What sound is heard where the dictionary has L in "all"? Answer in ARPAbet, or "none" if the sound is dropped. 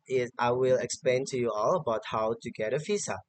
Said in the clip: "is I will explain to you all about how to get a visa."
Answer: L